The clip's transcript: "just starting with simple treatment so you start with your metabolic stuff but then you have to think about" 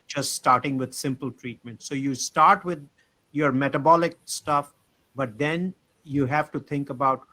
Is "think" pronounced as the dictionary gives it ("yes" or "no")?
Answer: no